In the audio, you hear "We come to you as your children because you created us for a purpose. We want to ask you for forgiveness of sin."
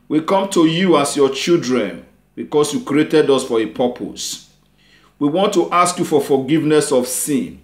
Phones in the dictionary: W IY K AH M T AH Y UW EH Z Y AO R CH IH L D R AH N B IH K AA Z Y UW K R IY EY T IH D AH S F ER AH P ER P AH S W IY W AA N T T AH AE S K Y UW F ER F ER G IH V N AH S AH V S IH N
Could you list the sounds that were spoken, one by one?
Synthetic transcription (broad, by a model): W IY K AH M T AH Y UW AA S Y AO CH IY L D R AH N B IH K AA S Y UW K R IY EY T IH D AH S F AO AH P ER P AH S W IY W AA N T T AH S K Y UW F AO F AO G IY V N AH S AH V S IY N